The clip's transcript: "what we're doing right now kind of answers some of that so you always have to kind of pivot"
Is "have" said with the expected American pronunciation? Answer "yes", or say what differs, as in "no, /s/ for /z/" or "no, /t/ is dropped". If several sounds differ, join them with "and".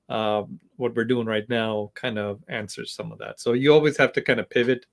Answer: no, /f/ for /v/